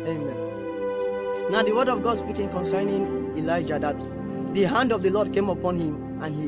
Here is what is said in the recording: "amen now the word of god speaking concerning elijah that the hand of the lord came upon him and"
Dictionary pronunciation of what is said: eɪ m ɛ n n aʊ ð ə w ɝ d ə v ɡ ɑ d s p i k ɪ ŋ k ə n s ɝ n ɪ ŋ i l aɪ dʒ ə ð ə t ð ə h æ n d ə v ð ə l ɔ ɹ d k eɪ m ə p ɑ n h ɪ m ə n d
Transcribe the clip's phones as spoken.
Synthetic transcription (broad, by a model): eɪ m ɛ n n aʊ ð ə w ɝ d ə v ɡ ɑ d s b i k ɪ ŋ k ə n s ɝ n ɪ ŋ i l aɪ dʒ ə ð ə t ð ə h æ n d ə v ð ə l ɔ d k eɪ m ə p ɑ n h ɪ m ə n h